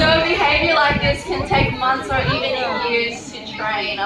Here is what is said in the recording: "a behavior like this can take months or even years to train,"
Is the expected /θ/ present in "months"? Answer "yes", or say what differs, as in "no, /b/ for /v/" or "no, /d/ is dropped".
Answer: yes